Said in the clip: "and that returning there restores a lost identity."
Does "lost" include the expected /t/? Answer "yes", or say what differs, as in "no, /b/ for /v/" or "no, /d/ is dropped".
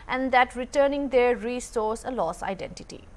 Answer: no, /t/ is dropped